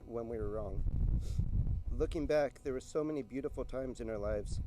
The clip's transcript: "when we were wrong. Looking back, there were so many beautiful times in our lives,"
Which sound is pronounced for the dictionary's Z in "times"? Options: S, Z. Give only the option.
Z